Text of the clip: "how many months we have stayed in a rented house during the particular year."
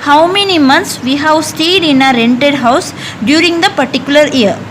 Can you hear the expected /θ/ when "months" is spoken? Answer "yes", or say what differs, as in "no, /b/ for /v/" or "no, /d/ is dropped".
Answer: no, /t/ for /θ/